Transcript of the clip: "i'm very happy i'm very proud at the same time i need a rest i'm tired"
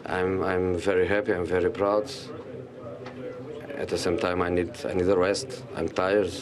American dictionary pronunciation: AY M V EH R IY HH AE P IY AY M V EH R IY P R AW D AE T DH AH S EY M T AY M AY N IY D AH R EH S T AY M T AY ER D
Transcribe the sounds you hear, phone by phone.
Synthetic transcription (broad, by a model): AY M V EH R IY HH AE P IY AY M V EH R IY P R AW D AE T DH AH S EY M T AY M AY N IY D AH W EH S T AY M T AY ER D